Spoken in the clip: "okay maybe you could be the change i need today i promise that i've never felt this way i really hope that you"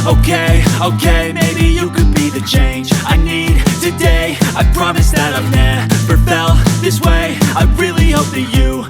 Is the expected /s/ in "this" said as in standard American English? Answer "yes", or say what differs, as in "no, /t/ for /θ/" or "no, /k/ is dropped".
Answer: yes